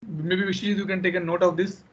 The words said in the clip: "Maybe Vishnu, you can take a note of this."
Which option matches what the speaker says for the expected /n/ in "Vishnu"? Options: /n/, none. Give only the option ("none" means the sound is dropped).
none